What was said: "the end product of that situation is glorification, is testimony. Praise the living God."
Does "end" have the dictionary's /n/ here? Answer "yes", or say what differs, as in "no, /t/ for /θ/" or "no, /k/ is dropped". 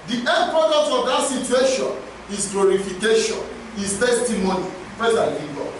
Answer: no, /n/ is dropped